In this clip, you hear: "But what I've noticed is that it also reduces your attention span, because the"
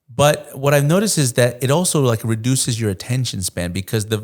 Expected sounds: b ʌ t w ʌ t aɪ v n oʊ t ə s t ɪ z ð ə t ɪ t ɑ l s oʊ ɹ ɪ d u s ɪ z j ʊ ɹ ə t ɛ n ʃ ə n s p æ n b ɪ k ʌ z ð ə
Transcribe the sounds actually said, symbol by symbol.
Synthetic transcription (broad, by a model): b ʌ t w ʌ t aɪ v n oʊ t ə s t ɪ z ð ə t ɪ t ɑ l s oʊ ɹ ɪ d u s ɪ z j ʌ ɹ ə t ɛ n ʃ ə n s p æ n b ɪ k ʌ z ð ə